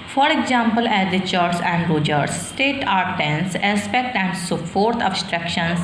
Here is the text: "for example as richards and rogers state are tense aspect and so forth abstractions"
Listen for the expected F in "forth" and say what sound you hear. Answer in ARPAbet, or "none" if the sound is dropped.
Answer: P